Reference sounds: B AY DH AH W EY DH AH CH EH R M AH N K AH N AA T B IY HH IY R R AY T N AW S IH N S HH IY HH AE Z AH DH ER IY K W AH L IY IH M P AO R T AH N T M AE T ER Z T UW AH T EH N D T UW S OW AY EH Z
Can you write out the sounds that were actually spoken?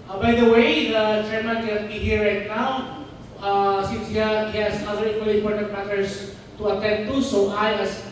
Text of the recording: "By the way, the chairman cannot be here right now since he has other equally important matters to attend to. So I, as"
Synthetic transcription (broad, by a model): B AY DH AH W EY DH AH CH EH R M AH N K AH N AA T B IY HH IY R R AY T N AW S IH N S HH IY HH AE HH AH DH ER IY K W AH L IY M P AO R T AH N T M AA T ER S T UW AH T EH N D T UW S OW AY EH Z